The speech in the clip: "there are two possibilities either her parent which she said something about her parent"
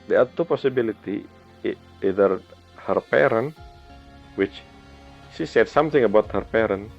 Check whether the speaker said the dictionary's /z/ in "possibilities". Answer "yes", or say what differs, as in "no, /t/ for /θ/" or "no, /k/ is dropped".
no, /z/ is dropped